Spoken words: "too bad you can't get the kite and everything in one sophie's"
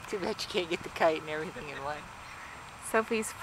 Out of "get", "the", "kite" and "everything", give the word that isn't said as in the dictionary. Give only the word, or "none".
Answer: kite